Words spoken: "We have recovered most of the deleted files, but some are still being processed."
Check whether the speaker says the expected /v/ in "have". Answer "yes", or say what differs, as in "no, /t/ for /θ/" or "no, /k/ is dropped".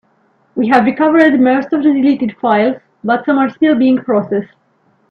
yes